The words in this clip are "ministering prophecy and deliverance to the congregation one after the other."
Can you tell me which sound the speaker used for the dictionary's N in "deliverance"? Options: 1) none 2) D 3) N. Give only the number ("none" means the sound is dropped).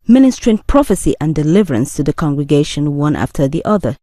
3